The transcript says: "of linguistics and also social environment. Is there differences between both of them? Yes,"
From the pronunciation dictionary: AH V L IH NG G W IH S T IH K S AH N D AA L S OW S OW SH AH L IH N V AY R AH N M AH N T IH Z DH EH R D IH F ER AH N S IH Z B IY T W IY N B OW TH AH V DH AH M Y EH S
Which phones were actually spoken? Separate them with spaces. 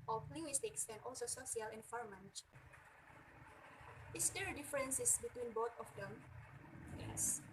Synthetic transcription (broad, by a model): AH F L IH NG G W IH S T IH K S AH N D AA L S OW S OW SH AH L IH N F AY R M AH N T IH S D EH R D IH F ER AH N S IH S B IY T W IY N B OW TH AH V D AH M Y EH S